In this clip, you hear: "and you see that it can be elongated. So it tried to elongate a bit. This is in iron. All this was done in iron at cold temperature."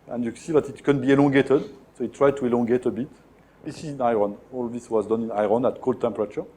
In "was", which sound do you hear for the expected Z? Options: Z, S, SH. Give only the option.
Z